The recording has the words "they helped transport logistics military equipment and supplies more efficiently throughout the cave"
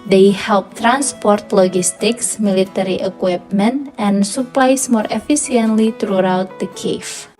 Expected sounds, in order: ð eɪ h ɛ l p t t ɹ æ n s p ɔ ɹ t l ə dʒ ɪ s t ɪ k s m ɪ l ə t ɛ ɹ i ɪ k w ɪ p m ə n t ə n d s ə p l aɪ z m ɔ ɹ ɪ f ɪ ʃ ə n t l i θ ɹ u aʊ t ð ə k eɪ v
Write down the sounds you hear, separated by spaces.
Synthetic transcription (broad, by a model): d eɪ h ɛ l p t t ɹ æ n s p ɔ ɹ t l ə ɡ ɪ s t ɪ k s m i l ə t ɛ ɹ i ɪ k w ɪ p m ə n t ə n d s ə p l aɪ s m ɔ ɹ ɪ f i s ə n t l i t ɹ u aʊ t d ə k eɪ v